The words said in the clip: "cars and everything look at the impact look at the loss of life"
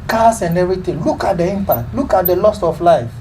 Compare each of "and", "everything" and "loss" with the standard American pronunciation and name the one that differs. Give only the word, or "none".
everything